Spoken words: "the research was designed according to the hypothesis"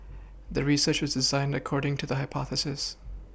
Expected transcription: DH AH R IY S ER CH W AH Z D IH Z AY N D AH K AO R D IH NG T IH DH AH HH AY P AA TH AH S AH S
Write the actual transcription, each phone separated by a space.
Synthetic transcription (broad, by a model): DH AH R IY S ER CH W AH Z D IH Z AY N D AH K AO R D IH NG T IH DH AH HH AY P AA TH AH S AH S